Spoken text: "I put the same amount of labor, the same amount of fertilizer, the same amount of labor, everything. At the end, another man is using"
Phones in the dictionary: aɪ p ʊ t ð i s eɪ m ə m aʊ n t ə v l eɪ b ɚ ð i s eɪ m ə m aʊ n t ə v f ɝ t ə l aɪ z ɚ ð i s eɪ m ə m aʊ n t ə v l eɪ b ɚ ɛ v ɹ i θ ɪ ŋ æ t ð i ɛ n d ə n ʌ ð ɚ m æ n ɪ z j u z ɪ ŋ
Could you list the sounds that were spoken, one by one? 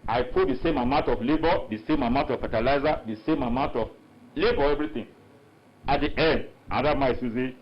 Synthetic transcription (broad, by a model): aɪ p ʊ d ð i s eɪ m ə m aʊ n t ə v l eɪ b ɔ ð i s eɪ m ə m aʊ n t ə f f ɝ t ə l aɪ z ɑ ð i s eɪ m ə m aʊ n t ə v l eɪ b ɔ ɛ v ɹ i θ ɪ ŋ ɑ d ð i ɛ n d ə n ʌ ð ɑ m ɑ ɪ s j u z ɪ